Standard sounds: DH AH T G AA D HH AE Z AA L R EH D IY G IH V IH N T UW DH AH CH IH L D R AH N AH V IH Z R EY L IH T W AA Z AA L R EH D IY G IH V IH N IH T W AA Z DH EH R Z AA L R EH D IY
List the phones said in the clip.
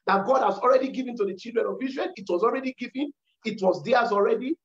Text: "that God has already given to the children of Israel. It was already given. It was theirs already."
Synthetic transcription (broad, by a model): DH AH T G AA D HH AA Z AA L R EH D IY G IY V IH N T UW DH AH CH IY L D R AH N AH V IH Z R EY N IH T W AA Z AA L R EH D IY G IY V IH N IH T W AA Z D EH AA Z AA L R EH D IY